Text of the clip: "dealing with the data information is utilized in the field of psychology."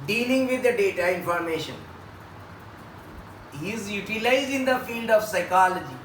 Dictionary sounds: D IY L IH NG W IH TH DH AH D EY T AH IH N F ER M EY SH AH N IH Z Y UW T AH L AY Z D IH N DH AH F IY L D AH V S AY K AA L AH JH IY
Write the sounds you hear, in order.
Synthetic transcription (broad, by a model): D IY L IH NG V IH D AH D EY T AH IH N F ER M EY SH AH N IH Z Y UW T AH L AY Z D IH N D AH F IY L D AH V S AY K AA L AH JH IY